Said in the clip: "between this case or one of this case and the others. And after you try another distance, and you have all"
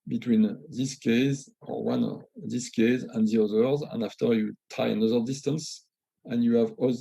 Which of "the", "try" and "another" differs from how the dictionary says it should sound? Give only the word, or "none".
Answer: try